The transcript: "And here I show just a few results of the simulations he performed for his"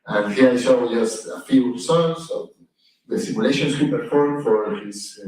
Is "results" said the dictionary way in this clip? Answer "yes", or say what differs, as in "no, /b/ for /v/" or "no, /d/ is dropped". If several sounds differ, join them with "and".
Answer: no, /s/ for /z/